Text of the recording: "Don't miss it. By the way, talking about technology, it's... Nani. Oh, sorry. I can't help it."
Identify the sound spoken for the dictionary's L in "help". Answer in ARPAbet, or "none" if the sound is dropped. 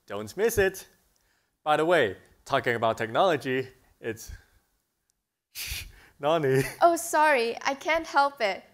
L